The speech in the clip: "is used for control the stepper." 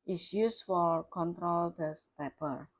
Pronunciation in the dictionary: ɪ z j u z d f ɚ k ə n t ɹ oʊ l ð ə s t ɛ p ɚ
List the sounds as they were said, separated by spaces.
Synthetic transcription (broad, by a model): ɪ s j u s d f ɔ k ə n t ɹ oʊ l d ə s t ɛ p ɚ